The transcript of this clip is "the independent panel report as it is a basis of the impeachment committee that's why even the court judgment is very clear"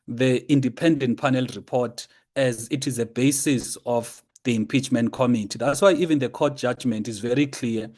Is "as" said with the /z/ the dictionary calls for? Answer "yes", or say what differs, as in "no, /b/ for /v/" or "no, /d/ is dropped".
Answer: yes